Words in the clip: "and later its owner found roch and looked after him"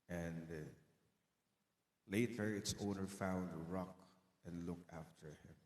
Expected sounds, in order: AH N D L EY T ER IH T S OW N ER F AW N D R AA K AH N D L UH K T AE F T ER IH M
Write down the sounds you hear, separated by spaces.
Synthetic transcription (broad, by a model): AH N L EY T ER IH T S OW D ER F AW N D R AA K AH N L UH K AE F T ER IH M